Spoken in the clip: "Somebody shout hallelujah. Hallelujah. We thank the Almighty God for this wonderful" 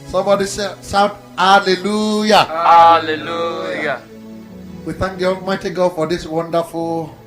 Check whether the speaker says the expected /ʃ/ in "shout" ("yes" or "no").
no